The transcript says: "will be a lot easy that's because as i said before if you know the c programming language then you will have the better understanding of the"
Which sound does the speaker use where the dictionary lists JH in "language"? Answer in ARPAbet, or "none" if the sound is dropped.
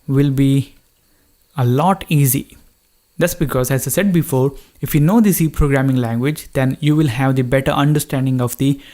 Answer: JH